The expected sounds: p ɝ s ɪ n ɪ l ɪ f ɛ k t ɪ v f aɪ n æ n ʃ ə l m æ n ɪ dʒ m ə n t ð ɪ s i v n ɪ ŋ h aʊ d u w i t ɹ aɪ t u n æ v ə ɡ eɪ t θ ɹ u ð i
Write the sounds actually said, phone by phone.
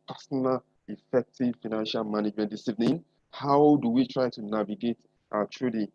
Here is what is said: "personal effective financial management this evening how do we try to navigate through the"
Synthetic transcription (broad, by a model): p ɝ s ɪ n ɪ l ɪ f ɛ k t ɪ v f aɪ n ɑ n ʃ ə l m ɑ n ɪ dʒ m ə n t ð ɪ s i v n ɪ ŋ h aʊ d u w i t ɹ aɪ t u n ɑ v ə ɡ eɪ t t ɹ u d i